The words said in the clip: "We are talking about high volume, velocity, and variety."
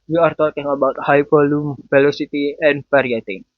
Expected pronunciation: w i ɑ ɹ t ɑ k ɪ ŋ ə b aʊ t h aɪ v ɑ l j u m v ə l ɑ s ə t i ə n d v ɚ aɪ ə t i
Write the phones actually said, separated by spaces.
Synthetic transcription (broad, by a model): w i ɑ ɹ t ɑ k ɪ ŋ ə b aʊ t h aɪ p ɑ l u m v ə l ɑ s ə t i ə n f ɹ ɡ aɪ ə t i